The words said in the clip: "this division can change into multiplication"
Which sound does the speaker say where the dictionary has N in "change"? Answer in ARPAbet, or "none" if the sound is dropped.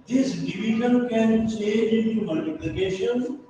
none